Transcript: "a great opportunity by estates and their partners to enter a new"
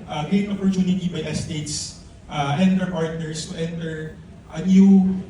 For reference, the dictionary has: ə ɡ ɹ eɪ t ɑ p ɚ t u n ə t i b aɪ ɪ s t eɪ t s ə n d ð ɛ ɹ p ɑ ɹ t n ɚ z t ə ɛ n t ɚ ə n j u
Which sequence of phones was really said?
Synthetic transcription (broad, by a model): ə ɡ eɪ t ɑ p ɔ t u n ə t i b aɪ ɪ s t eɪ t s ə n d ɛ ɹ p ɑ ɹ t n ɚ s t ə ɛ n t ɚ ə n j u